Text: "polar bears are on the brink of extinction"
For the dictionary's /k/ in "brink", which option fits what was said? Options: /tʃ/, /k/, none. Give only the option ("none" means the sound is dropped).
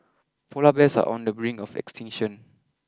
none